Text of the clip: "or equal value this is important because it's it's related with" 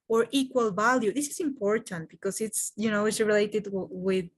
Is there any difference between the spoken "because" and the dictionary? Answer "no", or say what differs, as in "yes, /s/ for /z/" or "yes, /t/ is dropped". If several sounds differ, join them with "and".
yes, /s/ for /z/